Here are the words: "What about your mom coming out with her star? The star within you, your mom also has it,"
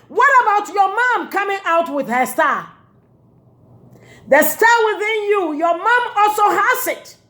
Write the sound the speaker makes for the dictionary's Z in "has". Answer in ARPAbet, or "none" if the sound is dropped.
S